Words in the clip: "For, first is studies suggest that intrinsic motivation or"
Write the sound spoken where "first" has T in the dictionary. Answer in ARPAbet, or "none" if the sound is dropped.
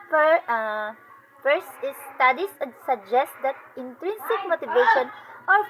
none